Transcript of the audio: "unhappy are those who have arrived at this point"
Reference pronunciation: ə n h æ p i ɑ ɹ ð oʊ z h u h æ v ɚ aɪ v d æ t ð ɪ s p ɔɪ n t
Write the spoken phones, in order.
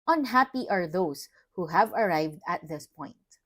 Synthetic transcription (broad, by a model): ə n h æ p i ɑ ɹ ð oʊ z h u h æ v ɚ aɪ v d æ t ð ɪ s p ɔɪ n t